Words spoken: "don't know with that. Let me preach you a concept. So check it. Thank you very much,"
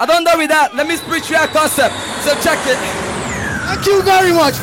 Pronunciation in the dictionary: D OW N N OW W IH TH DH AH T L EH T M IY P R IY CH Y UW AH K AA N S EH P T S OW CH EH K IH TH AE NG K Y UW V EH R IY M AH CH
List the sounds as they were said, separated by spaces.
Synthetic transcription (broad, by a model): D OW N N OW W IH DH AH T L EH T M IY P R IY CH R AH K AA N S EH P T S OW CH EH K IH T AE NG K Y UW V EH R IY M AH CH